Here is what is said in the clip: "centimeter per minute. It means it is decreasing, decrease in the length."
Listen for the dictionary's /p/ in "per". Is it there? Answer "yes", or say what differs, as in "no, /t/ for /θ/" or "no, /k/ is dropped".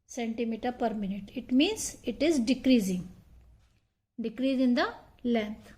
yes